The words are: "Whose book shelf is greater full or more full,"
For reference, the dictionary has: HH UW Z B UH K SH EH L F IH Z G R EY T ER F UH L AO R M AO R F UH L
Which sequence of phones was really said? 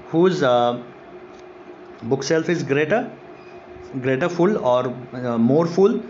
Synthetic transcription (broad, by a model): HH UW Z B UH K S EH L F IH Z G R EY T ER F UH L AO R M AO R F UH L